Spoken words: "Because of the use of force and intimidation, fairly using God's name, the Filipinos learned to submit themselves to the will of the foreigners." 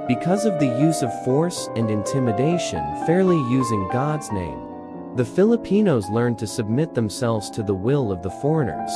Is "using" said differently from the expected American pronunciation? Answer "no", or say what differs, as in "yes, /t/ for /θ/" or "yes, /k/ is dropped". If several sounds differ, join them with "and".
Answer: no